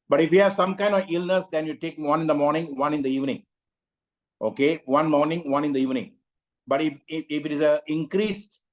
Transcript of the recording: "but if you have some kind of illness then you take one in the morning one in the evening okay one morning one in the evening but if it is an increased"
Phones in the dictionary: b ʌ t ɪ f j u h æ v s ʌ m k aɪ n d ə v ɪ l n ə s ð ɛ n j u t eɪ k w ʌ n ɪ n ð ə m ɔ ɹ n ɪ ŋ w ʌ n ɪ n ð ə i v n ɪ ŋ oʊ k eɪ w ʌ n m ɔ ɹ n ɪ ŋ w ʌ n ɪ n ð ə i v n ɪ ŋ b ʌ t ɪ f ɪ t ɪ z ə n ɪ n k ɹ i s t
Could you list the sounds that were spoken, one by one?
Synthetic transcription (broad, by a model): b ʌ t ɪ f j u h æ v s ʌ m k aɪ n d ə v ɪ l n ə s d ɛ n j u t eɪ k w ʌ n ɪ n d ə m ɔ ɹ n ɪ ŋ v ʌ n ɪ n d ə i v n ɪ ŋ oʊ k eɪ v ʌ n m ɔ ɹ n ɪ ŋ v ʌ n ɪ n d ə i v n ɪ ŋ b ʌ t ɪ f ɪ t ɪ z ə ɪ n k ɹ i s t